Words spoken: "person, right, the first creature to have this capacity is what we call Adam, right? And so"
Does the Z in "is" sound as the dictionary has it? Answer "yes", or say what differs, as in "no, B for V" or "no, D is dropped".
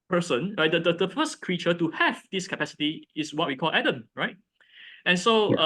no, S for Z